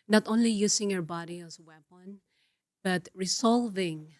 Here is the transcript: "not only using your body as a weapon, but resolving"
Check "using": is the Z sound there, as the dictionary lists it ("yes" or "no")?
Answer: no